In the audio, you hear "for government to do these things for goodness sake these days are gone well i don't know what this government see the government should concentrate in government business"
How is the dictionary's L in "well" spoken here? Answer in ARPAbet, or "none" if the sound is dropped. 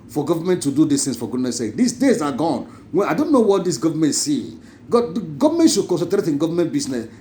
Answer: N